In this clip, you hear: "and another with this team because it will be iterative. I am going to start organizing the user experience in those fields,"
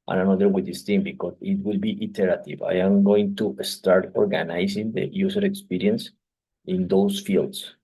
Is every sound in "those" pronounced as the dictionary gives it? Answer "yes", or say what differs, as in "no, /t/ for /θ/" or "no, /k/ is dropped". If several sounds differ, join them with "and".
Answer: no, /s/ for /z/